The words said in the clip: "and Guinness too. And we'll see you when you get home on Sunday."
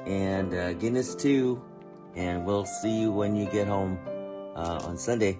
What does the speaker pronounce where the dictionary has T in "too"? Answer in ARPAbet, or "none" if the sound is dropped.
T